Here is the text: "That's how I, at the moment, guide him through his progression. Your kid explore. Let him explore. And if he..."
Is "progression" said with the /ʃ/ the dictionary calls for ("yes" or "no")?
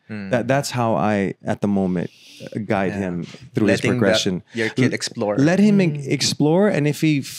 yes